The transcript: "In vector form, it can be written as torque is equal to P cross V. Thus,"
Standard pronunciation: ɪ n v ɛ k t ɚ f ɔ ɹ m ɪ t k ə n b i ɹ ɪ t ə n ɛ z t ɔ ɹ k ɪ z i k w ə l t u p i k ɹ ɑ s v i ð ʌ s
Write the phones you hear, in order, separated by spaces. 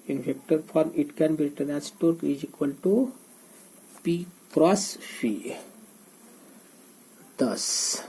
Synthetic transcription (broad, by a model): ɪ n f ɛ k t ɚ f ɔ ɹ m ɪ t k ə n b i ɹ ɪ t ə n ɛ s t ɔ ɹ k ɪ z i k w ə l t u p i k ɹ ɑ s f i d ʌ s